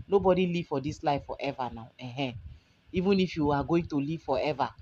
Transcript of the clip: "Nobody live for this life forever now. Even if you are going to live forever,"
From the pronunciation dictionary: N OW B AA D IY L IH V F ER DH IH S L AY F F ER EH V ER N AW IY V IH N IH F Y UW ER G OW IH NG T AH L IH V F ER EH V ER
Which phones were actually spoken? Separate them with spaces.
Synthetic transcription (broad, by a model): N OW B AA D IY L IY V F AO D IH S L AY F F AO EH V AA N AW IY V IH N IH F Y UW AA G OW IH NG T AH L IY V F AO EH V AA